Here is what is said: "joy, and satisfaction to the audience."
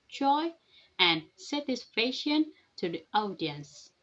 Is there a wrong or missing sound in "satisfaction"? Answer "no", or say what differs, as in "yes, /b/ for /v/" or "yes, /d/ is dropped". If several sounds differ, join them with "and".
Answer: yes, /k/ is dropped